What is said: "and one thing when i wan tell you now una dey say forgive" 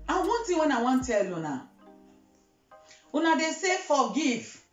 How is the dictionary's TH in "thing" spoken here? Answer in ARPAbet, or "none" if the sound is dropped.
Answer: T